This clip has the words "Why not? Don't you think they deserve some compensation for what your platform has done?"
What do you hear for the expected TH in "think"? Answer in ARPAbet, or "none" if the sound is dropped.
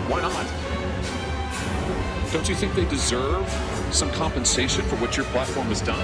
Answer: TH